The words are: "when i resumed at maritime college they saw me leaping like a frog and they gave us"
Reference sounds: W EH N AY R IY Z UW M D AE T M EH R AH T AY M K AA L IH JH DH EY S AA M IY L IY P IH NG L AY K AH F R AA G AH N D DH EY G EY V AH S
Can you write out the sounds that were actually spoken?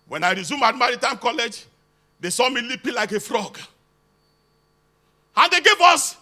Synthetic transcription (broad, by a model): W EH N AY R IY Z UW M AA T M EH R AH T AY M K AA L IH JH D EY S AA M IY L IY P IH L AY K AH F R AA G AH N D EY G EY V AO S